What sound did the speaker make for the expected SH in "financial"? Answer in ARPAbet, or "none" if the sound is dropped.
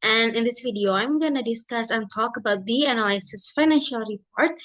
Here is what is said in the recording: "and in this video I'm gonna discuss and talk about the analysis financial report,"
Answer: SH